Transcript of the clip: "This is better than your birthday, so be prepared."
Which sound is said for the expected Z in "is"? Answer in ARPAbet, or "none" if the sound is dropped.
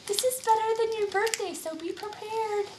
Z